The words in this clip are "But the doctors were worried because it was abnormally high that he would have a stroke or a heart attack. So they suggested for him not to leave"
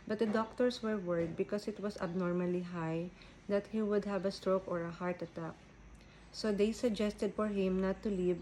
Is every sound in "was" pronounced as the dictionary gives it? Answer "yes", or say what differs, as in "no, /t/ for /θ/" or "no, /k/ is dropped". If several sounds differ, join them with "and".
no, /s/ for /z/